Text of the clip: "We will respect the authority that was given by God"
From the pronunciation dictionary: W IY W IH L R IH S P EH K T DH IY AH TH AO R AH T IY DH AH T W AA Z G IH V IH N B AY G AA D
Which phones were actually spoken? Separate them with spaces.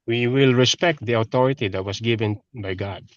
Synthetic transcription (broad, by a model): W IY W IH L R IH S P EH K T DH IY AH T AO R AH T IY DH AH T W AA S G IH V IH N B AY G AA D